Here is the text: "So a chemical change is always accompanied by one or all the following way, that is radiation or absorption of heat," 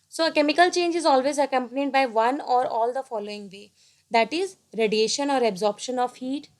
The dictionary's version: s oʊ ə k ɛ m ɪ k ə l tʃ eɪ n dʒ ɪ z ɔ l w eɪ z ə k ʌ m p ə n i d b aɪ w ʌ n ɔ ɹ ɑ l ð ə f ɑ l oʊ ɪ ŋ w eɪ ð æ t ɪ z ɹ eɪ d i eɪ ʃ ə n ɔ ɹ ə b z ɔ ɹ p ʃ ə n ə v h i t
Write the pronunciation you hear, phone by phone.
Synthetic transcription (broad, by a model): s oʊ ə k ɛ m ɪ k ə l tʃ eɪ n dʒ ɪ z ɔ l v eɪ z ə k ʌ m p ə n i d b aɪ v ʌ n ɔ ɹ ɑ l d ə f ɑ l oʊ ɪ ŋ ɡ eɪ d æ t ɪ z ɹ eɪ d i eɪ ʃ ə n ɔ ɹ ə b z ɔ ɹ p ʃ ə n ə v h i t